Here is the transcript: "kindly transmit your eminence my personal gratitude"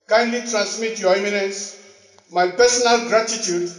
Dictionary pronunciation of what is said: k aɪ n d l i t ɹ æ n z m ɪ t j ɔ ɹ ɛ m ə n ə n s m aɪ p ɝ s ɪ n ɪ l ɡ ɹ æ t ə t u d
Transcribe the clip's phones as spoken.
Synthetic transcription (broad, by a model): k aɪ n d l i t ɹ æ n s m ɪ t j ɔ ɛ m ə n ə n s m aɪ p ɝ s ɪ n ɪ l ɡ ɹ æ t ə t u d